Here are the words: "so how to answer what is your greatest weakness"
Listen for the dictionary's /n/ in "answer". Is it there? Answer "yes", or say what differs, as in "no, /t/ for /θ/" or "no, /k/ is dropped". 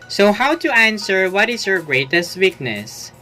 yes